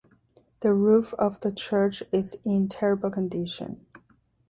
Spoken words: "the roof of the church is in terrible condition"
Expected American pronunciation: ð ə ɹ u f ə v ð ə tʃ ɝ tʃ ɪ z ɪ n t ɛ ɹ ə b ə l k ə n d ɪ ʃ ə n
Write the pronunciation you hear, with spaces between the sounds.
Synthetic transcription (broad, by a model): ð ə ɹ u f ə v ð ə tʃ ɝ tʃ ɪ z ɪ n t ɛ ɹ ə b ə l k ə n d ɪ ʃ ə n